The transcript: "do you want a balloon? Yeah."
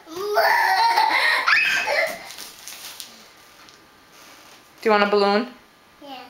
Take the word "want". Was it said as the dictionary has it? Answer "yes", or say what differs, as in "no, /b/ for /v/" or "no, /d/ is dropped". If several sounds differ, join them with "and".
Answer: no, /t/ is dropped